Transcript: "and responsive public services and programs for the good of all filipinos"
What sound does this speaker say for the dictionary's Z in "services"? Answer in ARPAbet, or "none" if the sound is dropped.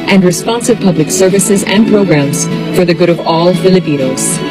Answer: Z